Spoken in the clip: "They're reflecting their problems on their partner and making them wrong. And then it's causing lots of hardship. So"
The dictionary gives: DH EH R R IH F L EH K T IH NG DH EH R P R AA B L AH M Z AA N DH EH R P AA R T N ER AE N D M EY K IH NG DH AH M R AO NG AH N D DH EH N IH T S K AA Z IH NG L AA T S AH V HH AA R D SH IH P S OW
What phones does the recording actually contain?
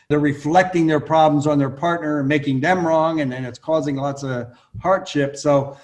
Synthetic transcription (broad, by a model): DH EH R R IH F L EH K T IH NG DH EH R P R AA B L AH M Z N DH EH R P AA R T N ER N M EY K IH NG DH AH M R AO NG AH N DH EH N IH T S K AA Z IH NG L AA T S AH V HH AA R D SH IH P S OW